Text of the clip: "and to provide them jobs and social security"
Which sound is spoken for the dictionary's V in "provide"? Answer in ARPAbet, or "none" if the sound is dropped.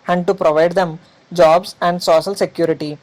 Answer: V